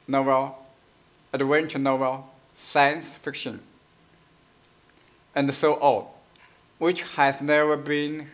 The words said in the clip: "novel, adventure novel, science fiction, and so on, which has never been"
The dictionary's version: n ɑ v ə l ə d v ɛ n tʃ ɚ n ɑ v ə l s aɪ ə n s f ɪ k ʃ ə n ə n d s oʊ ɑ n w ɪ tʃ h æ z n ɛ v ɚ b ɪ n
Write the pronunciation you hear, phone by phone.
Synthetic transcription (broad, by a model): n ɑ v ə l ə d w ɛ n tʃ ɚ n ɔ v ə l s aɪ ə n s f ɪ k ʃ ə n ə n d s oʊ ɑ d w ɪ tʃ h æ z n ɛ v ɚ b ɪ n